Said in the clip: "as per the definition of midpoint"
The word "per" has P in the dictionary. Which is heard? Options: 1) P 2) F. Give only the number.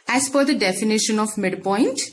2